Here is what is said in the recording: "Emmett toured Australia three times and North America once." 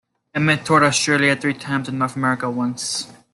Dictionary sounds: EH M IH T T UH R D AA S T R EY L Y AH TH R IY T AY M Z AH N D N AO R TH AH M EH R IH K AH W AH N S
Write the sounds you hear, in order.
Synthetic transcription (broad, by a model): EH M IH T T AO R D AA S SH R L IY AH TH R IY T AY M Z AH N N AO R TH AH M EH R IH K AH W AH N S